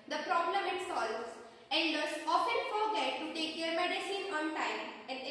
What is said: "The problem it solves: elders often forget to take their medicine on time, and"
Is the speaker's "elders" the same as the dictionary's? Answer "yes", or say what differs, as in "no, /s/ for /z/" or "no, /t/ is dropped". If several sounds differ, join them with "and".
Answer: no, /n/ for /l/